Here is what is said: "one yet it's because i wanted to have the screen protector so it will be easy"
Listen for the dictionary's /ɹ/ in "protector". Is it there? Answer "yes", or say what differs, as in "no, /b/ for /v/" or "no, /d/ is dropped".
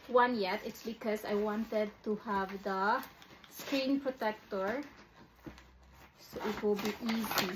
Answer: yes